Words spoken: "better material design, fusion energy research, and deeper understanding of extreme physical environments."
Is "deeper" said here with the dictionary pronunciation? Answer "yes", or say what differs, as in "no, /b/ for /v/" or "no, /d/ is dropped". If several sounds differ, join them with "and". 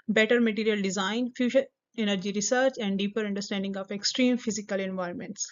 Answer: yes